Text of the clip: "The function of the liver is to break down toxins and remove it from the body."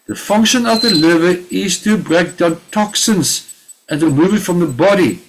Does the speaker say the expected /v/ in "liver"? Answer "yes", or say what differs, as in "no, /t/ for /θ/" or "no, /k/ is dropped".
yes